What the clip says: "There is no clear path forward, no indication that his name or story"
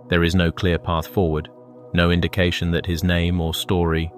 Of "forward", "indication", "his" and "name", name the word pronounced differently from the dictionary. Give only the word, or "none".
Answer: none